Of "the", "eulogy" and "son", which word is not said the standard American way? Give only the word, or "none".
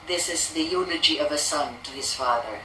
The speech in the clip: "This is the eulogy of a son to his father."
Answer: eulogy